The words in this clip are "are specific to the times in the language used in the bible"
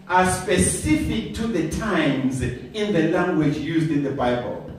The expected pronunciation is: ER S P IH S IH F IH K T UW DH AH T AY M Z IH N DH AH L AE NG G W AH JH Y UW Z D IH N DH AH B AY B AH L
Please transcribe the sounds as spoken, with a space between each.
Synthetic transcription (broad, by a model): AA S P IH S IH F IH K T UW DH AH T AY M Z IH N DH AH L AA NG G W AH JH Y UW Z D IH N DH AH B AY B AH L